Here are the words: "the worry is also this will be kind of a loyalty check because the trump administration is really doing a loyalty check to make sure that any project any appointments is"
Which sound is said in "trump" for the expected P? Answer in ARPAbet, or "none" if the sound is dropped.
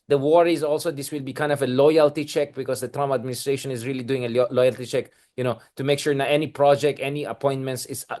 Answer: none